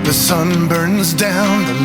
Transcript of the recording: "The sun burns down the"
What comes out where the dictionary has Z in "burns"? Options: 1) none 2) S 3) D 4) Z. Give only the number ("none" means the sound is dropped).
4